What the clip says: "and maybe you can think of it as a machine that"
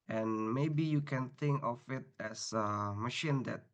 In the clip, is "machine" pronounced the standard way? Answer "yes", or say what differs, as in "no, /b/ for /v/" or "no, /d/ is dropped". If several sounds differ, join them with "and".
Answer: yes